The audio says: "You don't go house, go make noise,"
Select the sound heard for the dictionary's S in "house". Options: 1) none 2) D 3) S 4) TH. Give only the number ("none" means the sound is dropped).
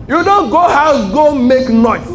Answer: 1